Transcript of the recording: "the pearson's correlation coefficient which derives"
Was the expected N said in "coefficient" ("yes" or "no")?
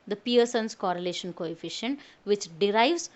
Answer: yes